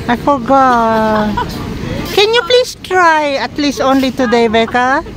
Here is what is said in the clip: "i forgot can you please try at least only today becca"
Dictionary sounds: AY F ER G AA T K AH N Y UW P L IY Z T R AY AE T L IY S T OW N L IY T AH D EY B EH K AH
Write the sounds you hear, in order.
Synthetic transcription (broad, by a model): AY F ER G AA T K AH N Y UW P L IY S T R AY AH T L IY S T OW N L IY T AH D EY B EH K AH